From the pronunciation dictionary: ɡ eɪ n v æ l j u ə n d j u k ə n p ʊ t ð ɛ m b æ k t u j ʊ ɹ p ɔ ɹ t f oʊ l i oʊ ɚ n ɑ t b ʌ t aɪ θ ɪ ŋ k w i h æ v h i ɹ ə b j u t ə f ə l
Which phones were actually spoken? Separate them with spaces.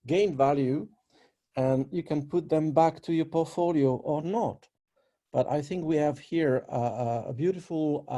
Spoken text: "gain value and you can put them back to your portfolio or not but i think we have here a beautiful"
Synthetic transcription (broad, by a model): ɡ eɪ n v æ l j u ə n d j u k ə n p ʊ t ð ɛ m b æ k t u j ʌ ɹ p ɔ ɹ t f oʊ l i oʊ ɚ n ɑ t b ʌ t aɪ θ ɪ ŋ k w i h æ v h i ɹ ə b j u t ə f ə l